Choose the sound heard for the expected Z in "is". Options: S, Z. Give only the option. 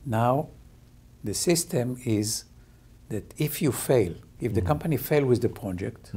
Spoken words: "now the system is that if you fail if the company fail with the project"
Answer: Z